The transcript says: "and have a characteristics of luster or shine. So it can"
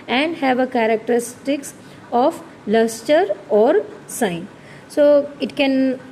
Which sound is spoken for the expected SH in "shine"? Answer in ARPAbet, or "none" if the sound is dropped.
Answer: S